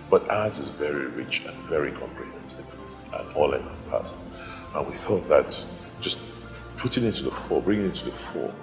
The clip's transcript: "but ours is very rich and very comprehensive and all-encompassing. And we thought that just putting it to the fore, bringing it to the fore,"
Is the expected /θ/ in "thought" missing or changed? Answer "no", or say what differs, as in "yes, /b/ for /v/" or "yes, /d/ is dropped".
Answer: no